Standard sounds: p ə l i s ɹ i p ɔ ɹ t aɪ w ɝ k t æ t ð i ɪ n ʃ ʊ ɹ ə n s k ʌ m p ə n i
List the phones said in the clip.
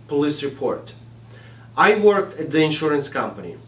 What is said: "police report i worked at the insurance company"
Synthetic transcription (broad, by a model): p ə l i s ɹ i p ɔ ɹ t aɪ w ɝ k t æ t ð i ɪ n ʃ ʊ ɹ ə n s k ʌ m p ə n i